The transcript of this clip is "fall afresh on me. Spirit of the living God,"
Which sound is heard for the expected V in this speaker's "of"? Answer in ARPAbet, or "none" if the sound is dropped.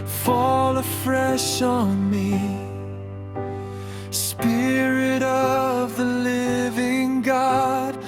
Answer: V